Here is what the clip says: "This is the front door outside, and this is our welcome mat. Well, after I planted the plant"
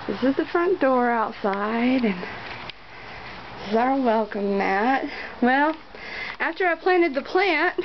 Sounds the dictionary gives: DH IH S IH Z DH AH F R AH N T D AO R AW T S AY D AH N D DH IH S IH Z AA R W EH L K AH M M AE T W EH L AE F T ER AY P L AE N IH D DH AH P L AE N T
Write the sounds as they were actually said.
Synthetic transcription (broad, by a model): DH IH S IH Z DH AH F R AH N D AO R AW T S AY D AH N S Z AA R W EH L K AH M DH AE T W EH L AE F T ER AY P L AE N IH D DH AH P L AE N T